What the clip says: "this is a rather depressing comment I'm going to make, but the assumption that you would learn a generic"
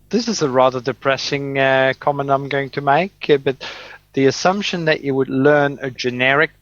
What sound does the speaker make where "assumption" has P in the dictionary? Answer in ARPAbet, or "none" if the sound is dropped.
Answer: P